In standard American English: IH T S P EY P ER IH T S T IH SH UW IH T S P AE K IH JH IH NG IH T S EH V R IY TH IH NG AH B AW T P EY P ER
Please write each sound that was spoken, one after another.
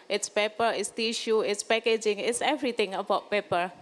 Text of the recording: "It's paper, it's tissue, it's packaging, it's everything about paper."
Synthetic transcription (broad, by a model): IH T S P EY P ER IH T S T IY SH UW IH T S P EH K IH JH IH NG IH T S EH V R IY T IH NG AH B AW T P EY P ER